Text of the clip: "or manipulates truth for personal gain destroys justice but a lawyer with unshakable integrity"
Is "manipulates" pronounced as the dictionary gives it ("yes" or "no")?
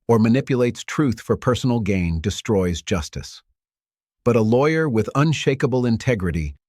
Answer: yes